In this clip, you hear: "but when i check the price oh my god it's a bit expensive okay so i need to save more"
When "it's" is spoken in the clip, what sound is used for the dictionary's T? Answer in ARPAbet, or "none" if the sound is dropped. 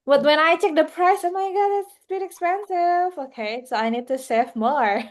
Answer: S